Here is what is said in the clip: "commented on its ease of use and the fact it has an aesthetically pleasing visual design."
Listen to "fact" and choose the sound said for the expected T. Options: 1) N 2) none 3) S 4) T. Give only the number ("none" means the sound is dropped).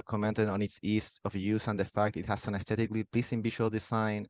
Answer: 4